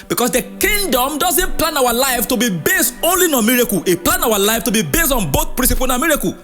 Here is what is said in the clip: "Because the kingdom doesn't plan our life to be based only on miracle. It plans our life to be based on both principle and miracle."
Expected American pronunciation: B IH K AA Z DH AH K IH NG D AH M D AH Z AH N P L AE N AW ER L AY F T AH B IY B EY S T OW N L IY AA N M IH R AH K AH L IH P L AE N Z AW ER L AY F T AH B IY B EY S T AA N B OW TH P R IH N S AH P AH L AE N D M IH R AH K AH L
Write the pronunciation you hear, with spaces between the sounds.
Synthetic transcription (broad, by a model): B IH K AA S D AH K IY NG D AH M D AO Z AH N P L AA N AW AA L AY F T AH B IY B EY S T OW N L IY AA M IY R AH K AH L IH P L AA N AW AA L AY F T AH B IY B EY S T AA N B OW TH P R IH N S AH P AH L N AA M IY R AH K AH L